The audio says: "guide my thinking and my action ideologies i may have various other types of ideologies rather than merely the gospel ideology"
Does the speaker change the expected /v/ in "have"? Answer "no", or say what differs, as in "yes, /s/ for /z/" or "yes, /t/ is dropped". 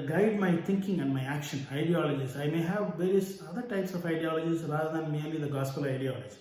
no